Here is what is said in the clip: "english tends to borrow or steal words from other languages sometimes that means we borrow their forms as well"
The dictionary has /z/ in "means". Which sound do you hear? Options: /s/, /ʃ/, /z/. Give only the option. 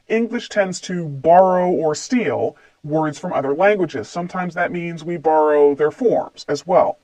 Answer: /z/